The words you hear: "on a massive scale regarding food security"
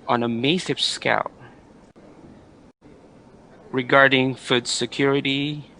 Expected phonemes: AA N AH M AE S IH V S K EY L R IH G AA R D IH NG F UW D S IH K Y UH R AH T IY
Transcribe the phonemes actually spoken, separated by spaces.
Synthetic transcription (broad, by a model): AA N AH M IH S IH P S K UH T R IH G AA R D IH NG F UW D S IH K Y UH R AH T IY